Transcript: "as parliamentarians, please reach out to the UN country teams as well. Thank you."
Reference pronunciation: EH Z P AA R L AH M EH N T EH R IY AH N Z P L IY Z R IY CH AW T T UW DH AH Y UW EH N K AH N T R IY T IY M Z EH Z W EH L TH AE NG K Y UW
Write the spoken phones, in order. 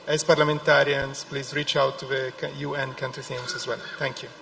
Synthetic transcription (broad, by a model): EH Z P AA R L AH M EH N T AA R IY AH N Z P L IY Z R IY CH AW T T UW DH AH Y UW EH N K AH N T R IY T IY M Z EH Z W EH L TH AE NG K Y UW